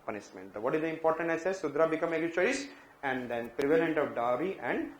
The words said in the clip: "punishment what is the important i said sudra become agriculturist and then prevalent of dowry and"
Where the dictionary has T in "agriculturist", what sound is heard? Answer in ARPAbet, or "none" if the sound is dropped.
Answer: none